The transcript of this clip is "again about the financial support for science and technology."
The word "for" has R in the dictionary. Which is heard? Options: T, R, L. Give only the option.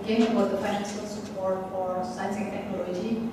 R